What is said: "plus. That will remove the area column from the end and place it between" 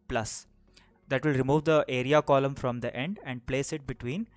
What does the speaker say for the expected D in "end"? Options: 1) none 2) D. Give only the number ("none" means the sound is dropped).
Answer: 2